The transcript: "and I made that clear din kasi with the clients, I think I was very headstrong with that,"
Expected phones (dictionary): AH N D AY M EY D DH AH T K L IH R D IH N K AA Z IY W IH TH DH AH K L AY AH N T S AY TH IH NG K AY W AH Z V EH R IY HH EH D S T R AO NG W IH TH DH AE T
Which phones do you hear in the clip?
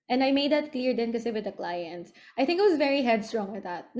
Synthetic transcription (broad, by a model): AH N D AY M EY D DH AH T K L IH R D IH N K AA S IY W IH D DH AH K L AY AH N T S AY TH IH NG K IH W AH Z V EH R IY HH EH D S T R AO NG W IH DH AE T